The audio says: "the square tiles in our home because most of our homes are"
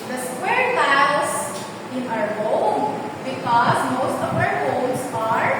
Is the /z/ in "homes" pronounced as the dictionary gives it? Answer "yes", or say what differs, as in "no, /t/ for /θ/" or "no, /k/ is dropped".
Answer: no, /s/ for /z/